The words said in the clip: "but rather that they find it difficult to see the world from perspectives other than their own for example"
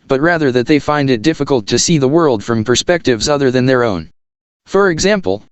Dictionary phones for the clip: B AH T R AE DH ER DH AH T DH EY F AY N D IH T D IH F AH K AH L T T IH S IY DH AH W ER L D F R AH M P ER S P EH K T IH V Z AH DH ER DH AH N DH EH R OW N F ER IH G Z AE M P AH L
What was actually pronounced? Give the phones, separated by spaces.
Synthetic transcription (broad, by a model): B AH T R AE DH ER DH AH T DH EY F AY N D IH T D IH F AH K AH L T T IH S IY DH AH W ER L D F R AH M P ER S P EH K T IH V Z AH DH ER DH AH N DH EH R OW N F ER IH G Z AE M P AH L